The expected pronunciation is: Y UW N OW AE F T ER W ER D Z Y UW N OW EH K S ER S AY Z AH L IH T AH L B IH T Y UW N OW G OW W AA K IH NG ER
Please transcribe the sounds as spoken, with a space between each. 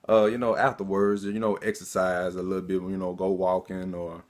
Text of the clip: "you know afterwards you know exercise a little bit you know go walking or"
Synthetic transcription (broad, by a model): Y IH N OW AE F T ER W ER D Z Y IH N OW EH K S ER S AY Z AH L IH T L B IH T Y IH N OW G OW W AA K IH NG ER